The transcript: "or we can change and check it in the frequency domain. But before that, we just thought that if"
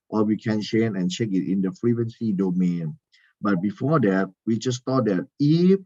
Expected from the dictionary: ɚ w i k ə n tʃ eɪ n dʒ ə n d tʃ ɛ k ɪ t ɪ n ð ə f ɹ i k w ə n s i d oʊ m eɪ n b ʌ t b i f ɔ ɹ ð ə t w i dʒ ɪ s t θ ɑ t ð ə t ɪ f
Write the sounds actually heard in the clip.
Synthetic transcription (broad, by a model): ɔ w i k ə n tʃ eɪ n ə n tʃ ɛ k ɪ t ɪ n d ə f ɹ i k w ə n s i d oʊ m eɪ n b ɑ t b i f ɔ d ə t w i dʒ ɪ s t ɑ t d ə t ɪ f